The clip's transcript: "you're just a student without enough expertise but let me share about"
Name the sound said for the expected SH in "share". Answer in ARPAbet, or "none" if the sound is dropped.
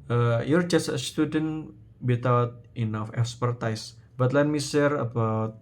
S